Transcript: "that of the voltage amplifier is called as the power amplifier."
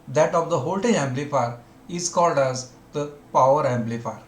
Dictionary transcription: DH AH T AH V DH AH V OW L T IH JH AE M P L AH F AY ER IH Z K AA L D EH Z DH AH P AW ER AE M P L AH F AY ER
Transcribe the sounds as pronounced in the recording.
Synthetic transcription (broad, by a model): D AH T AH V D AH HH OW L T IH AE M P L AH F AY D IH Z K AA L D EH Z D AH P AW ER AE M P L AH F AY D